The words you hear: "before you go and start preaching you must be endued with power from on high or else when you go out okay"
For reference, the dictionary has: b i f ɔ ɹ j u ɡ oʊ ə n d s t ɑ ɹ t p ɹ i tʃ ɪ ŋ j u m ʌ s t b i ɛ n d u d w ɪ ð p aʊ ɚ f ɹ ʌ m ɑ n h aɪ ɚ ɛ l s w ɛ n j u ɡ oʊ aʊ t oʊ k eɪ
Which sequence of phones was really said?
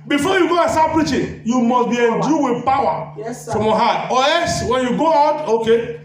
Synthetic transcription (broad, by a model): b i f ɔ j u ɡ oʊ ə n s t ɑ p ɹ i tʃ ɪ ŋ j u m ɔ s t b i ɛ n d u w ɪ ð p aʊ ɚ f ɹ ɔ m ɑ h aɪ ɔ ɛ s w ɛ n j u ɡ oʊ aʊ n oʊ k eɪ